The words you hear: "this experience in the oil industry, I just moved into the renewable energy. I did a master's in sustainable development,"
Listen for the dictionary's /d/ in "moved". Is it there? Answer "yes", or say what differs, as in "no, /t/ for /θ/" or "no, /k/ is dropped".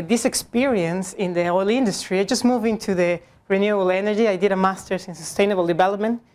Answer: no, /d/ is dropped